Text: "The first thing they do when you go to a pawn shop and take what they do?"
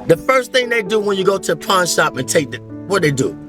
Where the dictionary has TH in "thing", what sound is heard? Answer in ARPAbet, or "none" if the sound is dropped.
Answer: TH